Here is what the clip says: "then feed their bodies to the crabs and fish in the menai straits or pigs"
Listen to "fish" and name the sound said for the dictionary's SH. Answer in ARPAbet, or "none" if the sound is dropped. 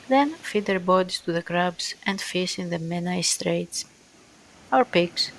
S